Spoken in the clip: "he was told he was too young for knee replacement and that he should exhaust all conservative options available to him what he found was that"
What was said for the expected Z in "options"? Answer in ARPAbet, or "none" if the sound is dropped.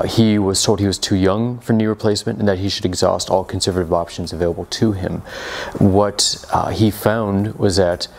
Z